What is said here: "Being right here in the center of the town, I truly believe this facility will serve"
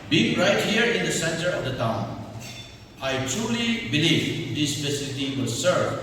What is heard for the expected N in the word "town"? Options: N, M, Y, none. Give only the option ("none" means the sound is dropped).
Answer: N